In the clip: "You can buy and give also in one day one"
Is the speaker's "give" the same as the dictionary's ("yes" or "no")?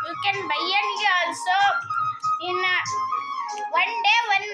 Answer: no